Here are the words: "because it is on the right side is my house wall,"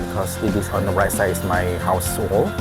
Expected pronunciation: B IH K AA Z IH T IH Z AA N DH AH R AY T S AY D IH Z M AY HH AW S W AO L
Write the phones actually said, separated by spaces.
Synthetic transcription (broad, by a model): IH K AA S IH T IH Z AA N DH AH R AY T S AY IH S M AY HH AW S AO L